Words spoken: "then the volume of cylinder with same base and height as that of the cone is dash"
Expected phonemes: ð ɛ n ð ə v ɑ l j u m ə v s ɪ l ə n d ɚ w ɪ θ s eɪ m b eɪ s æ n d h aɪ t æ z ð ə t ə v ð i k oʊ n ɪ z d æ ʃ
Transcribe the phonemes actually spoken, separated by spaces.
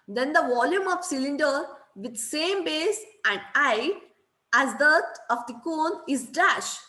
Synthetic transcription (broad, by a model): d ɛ n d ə v ɑ l j u m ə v s ɪ l ə n d ɚ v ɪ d s eɪ m b eɪ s æ n d aɪ æ z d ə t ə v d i k oʊ n ɪ z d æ ʃ